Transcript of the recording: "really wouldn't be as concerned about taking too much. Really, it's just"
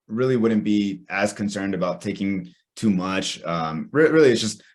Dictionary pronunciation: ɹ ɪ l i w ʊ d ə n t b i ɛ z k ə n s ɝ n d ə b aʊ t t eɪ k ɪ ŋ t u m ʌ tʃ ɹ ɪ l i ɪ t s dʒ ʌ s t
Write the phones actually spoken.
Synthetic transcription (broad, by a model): ɹ ɪ l i w ʊ d n b i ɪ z k ə n s ɝ n d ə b aʊ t t eɪ k ɪ ŋ t u m ʌ tʃ ɹ ɪ l i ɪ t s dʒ ʌ s t